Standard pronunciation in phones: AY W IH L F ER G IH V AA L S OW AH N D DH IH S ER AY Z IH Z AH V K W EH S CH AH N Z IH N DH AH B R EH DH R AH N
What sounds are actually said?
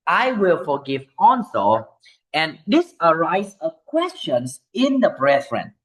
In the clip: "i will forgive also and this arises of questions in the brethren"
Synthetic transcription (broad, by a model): AY W IH L F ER G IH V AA N S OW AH N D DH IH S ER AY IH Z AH K W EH S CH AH N S IH N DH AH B R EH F R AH N